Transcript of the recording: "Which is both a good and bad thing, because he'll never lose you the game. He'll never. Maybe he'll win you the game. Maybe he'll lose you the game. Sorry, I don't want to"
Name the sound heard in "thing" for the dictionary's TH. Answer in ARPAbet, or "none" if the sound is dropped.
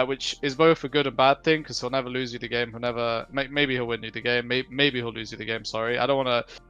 TH